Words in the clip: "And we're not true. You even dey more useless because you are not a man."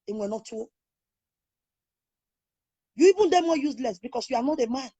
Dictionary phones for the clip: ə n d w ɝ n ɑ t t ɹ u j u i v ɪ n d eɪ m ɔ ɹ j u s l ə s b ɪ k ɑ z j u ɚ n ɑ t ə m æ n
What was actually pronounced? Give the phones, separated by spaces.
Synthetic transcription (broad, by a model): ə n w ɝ n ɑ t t u j u i v ɪ n d eɪ m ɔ j u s l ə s b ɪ k ɑ s j u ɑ n ɑ t ə m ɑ n